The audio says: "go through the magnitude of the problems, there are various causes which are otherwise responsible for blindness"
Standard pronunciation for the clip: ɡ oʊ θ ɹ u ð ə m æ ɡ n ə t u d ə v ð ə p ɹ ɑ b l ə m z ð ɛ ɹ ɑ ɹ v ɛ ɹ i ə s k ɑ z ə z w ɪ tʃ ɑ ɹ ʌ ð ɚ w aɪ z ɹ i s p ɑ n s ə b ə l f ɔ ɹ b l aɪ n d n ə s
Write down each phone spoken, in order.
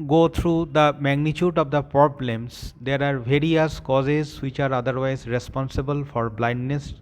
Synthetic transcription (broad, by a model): ɡ oʊ t ɹ u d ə m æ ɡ n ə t u d ə v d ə p ɹ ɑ b l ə m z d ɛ ɹ ɑ ɹ v ɛ ɹ i ə s k ɑ z ə z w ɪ tʃ ɑ ɹ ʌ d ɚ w aɪ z ɹ i s p ɑ n s ə b ə l f ɔ ɹ b l aɪ n d n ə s